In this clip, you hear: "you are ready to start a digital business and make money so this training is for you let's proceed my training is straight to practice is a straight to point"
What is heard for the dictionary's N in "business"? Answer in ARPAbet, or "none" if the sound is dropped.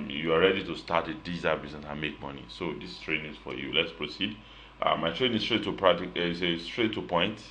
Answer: none